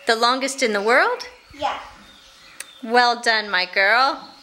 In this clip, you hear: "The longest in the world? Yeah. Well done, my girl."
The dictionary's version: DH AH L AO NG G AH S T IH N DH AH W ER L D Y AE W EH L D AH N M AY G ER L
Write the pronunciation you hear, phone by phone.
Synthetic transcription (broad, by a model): DH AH L AO NG G AH S T IH N DH AH W ER L D Y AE W EH L D AH N M AY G ER L